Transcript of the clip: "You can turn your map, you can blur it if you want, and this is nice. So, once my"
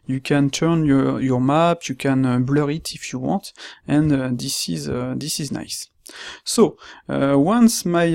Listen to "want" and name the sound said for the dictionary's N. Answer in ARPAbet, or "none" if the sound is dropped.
none